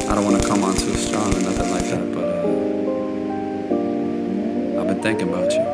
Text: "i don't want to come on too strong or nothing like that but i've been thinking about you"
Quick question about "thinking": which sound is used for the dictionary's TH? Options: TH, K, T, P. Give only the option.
TH